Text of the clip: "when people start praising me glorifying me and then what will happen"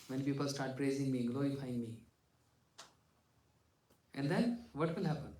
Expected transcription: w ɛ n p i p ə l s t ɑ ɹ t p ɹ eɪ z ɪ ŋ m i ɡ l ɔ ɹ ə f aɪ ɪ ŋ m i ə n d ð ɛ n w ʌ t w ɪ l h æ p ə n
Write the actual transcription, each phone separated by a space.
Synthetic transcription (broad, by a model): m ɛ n p i p ə l s t ɑ ɹ t p ɹ eɪ z ɪ ŋ m i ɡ l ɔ ə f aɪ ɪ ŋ m i ə n d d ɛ n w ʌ t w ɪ l h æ p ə n